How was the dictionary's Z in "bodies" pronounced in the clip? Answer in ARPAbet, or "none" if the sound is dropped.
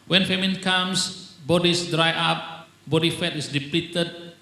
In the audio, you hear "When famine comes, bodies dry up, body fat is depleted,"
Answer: S